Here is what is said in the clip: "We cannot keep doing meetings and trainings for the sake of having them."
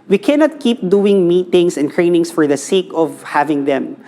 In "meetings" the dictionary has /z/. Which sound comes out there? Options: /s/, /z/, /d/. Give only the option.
/s/